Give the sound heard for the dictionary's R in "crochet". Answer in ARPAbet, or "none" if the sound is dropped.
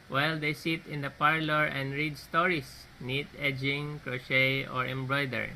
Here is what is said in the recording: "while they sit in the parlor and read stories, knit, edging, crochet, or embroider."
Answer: R